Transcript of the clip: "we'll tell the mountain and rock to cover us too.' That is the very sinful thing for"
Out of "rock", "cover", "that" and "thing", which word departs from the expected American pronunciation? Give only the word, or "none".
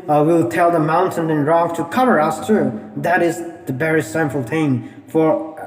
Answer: thing